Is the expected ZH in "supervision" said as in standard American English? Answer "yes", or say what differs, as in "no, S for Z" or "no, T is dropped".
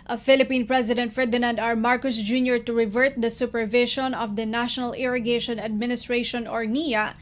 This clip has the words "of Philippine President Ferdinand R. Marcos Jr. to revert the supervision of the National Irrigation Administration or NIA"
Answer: no, SH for ZH